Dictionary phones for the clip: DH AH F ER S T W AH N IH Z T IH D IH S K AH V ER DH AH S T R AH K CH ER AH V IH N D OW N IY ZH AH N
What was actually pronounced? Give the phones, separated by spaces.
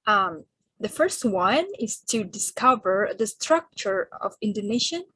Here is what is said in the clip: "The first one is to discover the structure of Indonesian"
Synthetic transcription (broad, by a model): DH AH F ER S T W AH N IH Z T IH D IH S K AH V ER DH AH S T R AH K CH ER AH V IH N D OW N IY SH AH N